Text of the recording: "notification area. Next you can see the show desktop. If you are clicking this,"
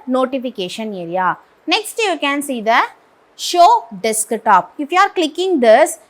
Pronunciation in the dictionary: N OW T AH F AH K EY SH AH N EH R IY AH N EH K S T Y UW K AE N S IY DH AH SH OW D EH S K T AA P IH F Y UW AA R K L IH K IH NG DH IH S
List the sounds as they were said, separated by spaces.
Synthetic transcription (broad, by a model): N OW T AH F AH K EY SH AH N EH R IY AH N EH K S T Y UW K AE N S IY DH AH SH OW D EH S K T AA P IH F Y UW AA R K L IH K IH NG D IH S